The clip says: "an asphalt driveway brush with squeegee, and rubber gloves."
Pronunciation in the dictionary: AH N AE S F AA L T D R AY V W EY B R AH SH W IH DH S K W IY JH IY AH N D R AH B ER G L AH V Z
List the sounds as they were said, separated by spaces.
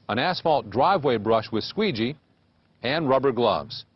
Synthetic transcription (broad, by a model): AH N AE S F AA L T D R AY V W EY B R AH SH W IH DH S K W IY JH IY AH N R AH B ER G L AH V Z